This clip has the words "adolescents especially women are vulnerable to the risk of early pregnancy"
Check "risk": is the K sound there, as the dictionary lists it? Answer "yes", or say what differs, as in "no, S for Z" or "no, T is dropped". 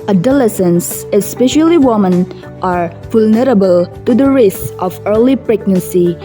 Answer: no, K is dropped